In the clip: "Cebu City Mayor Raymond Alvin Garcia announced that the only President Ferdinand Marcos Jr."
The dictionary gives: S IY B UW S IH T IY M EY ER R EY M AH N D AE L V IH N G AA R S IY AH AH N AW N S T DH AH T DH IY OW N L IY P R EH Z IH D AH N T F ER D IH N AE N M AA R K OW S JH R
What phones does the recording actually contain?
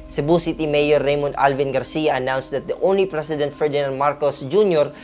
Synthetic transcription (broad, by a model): S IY B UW S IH T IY M EY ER R EY M AH N D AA L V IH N G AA R S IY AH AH N AW N S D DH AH T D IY OW N L IY P R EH S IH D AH N T F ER D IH N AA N M AA R K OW S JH R